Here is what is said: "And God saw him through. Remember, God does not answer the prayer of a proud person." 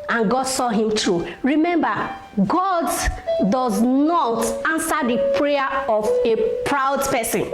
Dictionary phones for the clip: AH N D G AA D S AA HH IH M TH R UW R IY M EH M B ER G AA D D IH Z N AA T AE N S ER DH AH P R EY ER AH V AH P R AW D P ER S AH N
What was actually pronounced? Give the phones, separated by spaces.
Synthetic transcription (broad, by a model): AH N G AA D S AA HH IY M T R UW R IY M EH M B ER G AA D D IH Z N AA T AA N S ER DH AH P R EY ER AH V AH P R AW D P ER S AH N